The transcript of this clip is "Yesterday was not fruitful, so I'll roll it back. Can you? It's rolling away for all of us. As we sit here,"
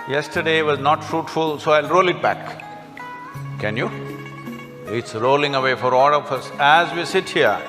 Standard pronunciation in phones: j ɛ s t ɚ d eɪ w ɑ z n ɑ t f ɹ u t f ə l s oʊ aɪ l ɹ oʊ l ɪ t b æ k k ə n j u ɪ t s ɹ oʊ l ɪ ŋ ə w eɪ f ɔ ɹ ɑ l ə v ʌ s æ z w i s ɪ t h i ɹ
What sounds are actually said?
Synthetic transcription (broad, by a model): j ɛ s t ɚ d eɪ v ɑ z n ɑ t f ɹ u t f ə l s oʊ aɪ l ɹ oʊ l ɪ t b æ k k ə n j u ɪ t s ɹ oʊ l ɪ ŋ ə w eɪ f ɔ ɹ ɑ l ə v ʌ s æ z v i s ɪ t h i ɹ